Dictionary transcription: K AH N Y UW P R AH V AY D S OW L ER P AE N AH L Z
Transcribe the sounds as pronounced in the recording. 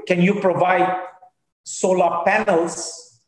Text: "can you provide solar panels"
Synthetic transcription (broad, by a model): K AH N Y UW P R AH V AY D S OW L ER P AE N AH L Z